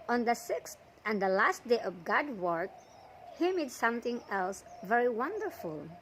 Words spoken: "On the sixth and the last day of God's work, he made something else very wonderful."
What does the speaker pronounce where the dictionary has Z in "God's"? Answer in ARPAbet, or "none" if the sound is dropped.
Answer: none